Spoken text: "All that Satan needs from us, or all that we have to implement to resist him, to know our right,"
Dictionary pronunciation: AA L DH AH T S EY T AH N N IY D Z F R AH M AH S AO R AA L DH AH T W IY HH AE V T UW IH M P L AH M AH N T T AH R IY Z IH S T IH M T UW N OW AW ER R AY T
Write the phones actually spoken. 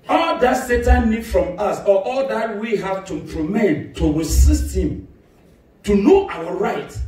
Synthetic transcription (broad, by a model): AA L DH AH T S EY T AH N N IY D F R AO M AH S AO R AA L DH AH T W IY HH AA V T UW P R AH M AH T T AH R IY S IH S T IH M T UW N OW AW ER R AY T